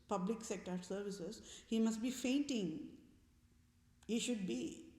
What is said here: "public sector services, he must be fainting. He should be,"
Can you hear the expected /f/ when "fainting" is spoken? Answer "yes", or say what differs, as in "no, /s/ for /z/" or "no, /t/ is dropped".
yes